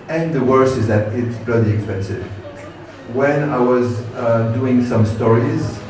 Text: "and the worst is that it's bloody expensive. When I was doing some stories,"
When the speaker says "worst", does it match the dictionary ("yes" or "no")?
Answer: no